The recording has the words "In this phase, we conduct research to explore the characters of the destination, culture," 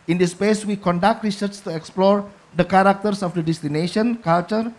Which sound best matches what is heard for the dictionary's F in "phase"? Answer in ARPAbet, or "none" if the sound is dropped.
P